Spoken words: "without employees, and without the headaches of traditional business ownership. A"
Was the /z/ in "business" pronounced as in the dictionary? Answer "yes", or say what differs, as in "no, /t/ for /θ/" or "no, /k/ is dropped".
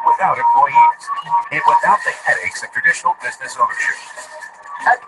yes